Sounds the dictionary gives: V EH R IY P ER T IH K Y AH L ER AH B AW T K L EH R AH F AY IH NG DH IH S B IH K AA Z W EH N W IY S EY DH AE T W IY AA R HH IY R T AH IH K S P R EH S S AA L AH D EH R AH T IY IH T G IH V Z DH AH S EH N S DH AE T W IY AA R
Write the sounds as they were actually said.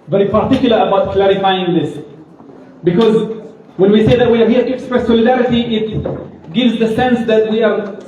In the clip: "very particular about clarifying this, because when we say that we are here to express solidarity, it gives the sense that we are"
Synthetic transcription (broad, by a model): V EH R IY P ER T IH K Y L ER AH B AW T K L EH R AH F AY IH NG DH IH S B IH K AA Z W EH N W IY S EY DH AE T W IY AA R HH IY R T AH K S P R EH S S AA L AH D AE R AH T IY IH T G IH V Z DH AH S EH N S DH AE T W IY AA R